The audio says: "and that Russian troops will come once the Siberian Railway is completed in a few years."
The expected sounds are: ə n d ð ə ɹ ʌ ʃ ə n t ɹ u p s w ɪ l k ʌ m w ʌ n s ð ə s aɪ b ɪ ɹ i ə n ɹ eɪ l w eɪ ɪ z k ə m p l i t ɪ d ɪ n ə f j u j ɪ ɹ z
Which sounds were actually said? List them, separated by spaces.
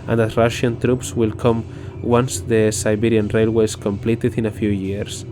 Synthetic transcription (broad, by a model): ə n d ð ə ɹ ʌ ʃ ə n t ɹ u p s w ɪ l k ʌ m w ʌ n s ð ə s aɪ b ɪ ɹ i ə n ɹ eɪ l w eɪ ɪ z k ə m p l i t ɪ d ɪ n ə f j u j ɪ ɹ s